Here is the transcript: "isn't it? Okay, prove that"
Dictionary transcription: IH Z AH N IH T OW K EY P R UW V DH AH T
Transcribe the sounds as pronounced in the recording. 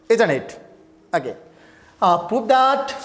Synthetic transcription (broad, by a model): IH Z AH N IH T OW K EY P UW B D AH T